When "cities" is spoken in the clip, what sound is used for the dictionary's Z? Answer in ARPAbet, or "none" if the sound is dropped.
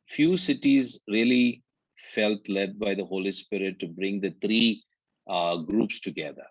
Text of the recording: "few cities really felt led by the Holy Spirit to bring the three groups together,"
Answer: Z